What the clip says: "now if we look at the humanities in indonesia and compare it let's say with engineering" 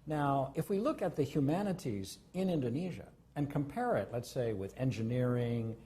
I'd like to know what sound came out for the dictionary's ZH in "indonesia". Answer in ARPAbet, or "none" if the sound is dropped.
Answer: ZH